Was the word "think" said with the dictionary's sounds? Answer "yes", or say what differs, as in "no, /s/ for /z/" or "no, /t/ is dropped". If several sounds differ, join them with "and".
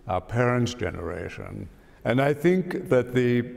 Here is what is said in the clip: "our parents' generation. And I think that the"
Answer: yes